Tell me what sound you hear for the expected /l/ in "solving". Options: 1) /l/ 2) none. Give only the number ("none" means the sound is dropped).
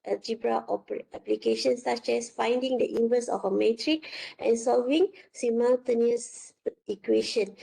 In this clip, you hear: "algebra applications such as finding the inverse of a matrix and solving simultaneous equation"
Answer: 1